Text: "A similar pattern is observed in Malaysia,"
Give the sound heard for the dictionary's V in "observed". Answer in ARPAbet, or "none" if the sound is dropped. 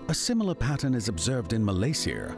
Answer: V